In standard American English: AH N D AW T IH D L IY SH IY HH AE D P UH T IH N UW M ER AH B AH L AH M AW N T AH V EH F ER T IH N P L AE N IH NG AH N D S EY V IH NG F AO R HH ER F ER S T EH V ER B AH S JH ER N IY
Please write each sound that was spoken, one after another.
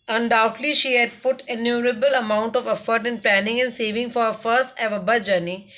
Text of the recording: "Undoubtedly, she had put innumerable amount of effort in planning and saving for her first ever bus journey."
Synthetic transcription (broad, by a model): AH N D AW T L IY SH IY HH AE D P UH T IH N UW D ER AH B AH L AH M AW N T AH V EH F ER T IH N P L AE N IH NG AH N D S EY V IH NG F AO R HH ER F ER S T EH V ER B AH JH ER N IY